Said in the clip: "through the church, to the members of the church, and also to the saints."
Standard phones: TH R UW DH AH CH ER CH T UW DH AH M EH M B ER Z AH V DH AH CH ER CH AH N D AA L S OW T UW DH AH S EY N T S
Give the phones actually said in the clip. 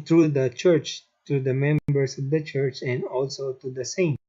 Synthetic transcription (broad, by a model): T R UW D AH CH ER CH T UW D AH M EH M B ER S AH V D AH CH ER CH AH N D AA L S OW T UW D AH S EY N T